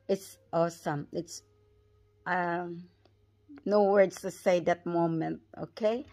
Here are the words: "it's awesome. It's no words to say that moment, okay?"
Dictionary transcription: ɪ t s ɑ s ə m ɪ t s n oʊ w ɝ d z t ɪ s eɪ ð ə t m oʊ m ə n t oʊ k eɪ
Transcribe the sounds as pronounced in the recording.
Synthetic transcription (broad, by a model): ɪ t s ɑ s ə m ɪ t s n oʊ w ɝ d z t ɪ s eɪ ð ə t m oʊ m ə n t oʊ k eɪ